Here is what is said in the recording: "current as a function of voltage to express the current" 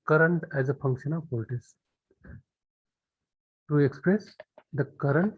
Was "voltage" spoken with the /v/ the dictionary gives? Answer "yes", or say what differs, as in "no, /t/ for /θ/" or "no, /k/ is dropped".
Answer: no, /p/ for /v/